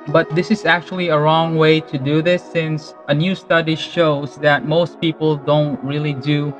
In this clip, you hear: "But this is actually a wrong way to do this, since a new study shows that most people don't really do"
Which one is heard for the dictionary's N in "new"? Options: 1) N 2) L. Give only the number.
1